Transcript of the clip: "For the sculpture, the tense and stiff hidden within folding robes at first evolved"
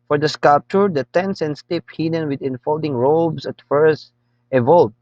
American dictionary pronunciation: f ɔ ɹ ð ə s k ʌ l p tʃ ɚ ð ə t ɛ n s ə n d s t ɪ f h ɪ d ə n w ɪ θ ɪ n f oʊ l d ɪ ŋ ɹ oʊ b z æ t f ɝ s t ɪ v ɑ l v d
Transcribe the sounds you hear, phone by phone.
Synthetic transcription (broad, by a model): f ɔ ɹ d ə s k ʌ l p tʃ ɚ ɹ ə t ɛ n s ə n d s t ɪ p h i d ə n w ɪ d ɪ n f oʊ l d ɪ ŋ ɹ oʊ b s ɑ t f ɝ s t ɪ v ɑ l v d